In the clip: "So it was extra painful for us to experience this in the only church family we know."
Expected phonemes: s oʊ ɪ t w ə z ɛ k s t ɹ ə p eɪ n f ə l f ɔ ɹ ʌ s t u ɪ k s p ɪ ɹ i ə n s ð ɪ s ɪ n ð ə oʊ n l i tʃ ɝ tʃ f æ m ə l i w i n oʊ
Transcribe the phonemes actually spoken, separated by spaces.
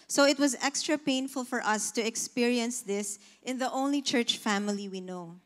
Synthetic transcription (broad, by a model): s oʊ ɪ t w ə z ɛ k s t ɹ ə p eɪ n f ə l f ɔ ɹ ʌ s t u ɪ k s p ɪ ɹ i ə n s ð ɪ s ɪ n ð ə oʊ n l i tʃ ɝ tʃ f æ m ə l i w i n oʊ